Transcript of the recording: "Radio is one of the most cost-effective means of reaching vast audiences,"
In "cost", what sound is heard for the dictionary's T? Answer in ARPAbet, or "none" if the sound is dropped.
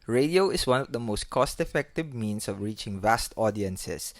T